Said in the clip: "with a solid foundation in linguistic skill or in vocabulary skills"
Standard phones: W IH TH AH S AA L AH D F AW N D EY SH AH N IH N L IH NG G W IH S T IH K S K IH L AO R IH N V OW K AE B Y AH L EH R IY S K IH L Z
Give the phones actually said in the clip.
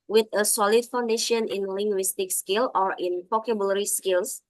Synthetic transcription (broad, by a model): W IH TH AH S AA L AH D F AW N D EY SH AH N IH N L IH NG G W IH S T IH K S K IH L AO R IH N P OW K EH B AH L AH R IY S K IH L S